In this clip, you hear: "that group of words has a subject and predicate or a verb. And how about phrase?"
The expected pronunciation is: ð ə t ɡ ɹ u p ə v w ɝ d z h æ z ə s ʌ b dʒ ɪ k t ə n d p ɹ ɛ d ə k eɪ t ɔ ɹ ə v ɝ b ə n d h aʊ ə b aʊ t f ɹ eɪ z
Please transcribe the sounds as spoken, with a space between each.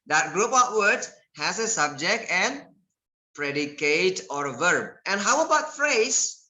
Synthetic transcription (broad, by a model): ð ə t ɡ ɹ u p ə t w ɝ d h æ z ə s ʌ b dʒ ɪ k t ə n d p ɹ ɛ d ə k eɪ t ɔ ɹ ə v ɝ b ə n h aʊ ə b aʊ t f ɹ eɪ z